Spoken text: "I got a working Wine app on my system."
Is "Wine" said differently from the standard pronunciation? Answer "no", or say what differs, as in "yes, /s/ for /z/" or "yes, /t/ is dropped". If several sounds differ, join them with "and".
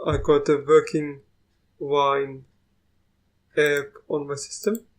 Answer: no